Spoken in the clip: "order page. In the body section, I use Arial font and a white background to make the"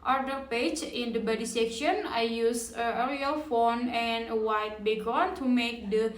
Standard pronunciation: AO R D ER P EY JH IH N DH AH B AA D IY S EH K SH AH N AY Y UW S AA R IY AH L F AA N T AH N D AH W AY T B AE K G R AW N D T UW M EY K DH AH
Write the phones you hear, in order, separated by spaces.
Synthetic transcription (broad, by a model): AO R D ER P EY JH IH N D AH B AA D IY S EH K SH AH N AY Y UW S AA R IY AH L F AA N AH N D AH W AY T B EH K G AO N T UW M EY K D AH